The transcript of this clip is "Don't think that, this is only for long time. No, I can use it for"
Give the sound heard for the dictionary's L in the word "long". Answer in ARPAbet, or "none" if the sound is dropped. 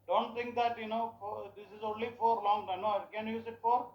L